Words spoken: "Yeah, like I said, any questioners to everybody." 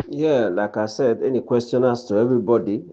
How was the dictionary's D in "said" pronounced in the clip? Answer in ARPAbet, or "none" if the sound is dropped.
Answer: D